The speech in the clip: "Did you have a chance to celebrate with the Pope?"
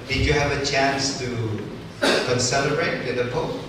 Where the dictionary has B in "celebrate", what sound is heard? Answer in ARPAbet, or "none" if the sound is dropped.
none